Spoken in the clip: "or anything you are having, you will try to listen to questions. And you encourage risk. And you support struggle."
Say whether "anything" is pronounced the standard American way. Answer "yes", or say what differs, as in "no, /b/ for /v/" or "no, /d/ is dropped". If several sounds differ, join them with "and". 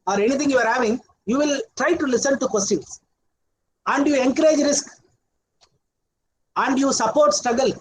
no, /t/ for /θ/